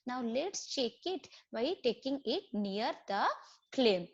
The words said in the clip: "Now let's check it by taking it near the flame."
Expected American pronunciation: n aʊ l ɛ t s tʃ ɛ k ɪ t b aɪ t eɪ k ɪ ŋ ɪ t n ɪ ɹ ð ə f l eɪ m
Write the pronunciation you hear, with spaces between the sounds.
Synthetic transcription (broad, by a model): n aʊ l ɛ t s tʃ ɛ k ɪ t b aɪ t eɪ k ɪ ŋ ɪ t n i ɹ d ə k l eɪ m